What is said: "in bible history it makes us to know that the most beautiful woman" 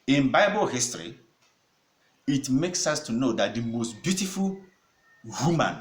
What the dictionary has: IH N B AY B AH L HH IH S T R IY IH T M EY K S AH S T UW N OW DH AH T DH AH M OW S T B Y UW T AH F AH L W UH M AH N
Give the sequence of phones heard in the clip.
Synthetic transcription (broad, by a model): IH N B AY B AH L HH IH S T R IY IH T M EY K S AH S T UW N OW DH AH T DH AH M OW S T B Y UW T AH F AH L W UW M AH N